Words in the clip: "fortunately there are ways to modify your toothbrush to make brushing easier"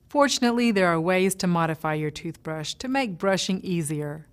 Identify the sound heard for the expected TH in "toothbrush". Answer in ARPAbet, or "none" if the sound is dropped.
TH